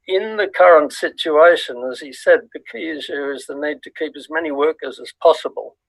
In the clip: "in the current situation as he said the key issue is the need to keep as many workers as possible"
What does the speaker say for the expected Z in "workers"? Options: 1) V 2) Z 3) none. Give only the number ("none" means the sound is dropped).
2